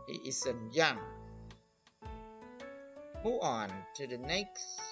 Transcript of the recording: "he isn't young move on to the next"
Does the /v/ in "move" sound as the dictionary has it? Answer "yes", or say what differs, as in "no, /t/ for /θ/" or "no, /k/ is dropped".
no, /v/ is dropped